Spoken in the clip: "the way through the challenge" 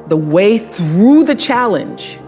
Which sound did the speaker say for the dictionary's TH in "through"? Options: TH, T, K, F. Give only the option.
TH